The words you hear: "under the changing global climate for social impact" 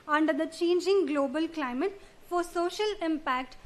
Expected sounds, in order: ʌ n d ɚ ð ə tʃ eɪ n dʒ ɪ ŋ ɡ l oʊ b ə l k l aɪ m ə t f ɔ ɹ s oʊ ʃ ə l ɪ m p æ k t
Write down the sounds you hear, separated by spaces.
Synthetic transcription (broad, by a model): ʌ n d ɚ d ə tʃ eɪ n dʒ ɪ ŋ ɡ l oʊ b ə l k l aɪ m ə t f ɔ ɹ s oʊ ʃ ə l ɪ m p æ k t